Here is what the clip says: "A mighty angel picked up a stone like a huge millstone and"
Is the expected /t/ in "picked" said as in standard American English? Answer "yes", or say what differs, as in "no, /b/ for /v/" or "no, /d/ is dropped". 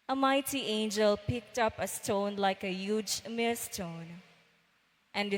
yes